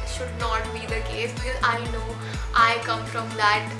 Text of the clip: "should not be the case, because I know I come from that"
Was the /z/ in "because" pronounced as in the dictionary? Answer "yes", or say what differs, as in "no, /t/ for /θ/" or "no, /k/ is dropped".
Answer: no, /z/ is dropped